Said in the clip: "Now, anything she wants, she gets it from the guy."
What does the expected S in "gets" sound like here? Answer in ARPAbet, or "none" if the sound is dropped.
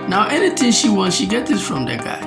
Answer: none